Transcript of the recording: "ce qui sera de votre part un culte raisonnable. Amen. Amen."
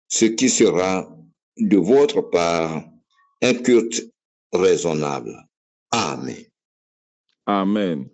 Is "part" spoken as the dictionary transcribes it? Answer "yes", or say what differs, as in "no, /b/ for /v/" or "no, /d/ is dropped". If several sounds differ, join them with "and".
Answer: no, /t/ is dropped